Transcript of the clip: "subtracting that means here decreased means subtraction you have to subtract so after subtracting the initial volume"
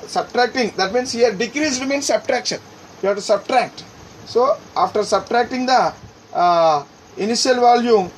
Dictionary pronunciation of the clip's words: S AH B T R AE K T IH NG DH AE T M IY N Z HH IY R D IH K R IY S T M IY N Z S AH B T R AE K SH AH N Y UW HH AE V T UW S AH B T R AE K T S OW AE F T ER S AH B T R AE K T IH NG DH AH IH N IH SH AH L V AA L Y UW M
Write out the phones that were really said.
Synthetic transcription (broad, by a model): S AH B T R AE K T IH NG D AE T M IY N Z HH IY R D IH K R IY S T M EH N S AH B T R AE K SH AH N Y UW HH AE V T UW S AH B T R AE K T S OW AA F T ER S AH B T R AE K T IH NG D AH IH N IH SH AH L V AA L Y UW M